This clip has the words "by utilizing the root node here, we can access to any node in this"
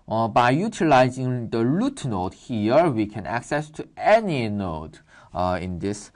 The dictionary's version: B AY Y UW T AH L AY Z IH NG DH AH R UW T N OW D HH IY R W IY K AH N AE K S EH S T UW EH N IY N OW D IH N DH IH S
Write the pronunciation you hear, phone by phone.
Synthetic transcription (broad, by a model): B AY Y UW T AH L AY Z IH NG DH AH L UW T N OW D HH IY R W IY K AH N AE K S EH S T UW EH N IY N OW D IH N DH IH S